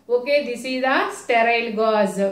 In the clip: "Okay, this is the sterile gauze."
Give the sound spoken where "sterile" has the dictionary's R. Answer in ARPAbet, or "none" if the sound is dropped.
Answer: R